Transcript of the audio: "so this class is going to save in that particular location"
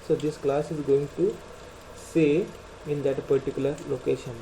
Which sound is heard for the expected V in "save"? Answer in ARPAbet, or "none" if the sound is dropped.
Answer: none